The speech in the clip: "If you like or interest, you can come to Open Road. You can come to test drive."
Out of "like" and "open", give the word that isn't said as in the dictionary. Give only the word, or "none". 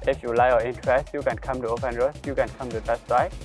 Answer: like